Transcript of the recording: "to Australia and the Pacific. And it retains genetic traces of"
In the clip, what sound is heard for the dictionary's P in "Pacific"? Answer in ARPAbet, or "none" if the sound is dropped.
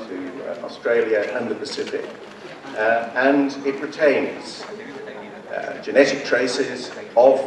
P